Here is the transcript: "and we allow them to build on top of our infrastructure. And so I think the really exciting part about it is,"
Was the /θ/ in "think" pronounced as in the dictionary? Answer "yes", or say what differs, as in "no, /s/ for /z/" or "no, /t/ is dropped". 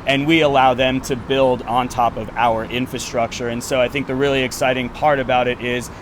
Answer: yes